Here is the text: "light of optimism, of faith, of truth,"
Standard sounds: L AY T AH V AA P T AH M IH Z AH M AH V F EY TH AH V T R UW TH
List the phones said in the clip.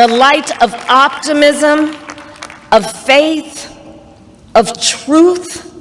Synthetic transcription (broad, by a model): L AY T AH V AA P T AH M IH Z AH M AH V F EY TH AH V T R UW TH